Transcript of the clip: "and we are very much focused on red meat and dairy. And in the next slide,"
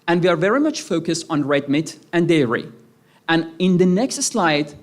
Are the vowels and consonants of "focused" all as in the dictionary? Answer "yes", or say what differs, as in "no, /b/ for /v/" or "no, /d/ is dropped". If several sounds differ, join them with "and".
yes